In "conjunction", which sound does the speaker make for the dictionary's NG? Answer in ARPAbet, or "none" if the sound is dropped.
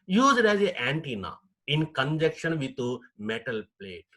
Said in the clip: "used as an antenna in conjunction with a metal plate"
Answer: none